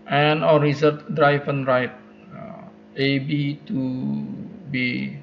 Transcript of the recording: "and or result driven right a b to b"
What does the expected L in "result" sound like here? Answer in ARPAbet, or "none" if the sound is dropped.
none